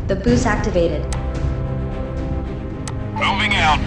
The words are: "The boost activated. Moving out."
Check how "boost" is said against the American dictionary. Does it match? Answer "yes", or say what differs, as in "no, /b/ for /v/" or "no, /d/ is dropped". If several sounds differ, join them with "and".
no, /t/ is dropped